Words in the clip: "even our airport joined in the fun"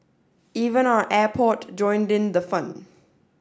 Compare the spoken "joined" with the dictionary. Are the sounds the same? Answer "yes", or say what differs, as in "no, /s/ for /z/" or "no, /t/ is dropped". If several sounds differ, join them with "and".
yes